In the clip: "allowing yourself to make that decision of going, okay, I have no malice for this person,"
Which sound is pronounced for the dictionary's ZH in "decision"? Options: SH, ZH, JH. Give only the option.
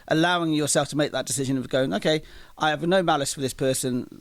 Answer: ZH